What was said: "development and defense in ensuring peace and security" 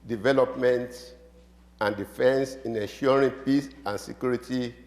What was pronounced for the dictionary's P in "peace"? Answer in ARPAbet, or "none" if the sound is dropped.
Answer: P